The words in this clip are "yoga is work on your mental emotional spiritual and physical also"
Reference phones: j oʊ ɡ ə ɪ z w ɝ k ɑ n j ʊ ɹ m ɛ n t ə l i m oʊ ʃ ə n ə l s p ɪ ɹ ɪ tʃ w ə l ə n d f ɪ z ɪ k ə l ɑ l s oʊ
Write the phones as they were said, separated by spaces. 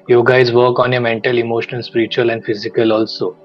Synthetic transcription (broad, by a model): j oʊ ɡ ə ɪ z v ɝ k ɑ n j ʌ m ɛ n t ə l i m oʊ ʃ ə n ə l s p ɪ ɹ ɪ tʃ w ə l ə n d f ɪ z ɪ k ə l ɑ l s oʊ